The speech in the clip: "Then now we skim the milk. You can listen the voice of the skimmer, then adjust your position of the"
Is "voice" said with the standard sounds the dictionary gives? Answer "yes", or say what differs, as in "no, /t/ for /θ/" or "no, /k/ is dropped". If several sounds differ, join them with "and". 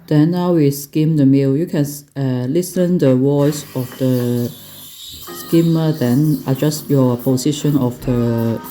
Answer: no, /w/ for /v/